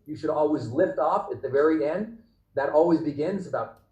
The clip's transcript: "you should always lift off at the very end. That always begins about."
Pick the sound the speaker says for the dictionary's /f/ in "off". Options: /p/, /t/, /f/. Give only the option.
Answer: /f/